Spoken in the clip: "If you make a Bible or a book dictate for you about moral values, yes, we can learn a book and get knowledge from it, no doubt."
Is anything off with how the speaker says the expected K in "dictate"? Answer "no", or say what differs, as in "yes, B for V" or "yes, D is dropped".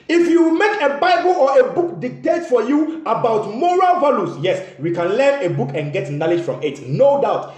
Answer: no